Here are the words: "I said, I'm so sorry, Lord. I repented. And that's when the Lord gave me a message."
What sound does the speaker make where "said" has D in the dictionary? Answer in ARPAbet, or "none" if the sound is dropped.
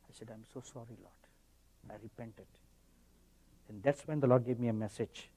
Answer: D